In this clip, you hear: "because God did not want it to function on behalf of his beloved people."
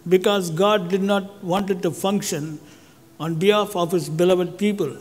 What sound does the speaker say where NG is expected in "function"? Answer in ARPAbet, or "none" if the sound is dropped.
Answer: NG